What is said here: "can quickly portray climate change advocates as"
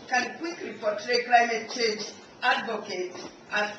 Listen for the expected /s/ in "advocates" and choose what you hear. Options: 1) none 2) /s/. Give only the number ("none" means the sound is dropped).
1